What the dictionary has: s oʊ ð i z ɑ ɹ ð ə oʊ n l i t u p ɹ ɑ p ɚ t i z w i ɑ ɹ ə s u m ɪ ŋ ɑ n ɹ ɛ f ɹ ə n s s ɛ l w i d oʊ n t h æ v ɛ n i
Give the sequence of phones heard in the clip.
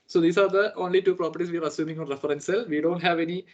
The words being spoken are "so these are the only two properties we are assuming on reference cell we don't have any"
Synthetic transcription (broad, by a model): s oʊ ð i s ɑ ɹ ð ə oʊ n l i t u p ɹ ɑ p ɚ t i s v i ɑ ɹ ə s u m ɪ ŋ ɑ n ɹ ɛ f ɹ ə n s s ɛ l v i d oʊ n t h æ v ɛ n i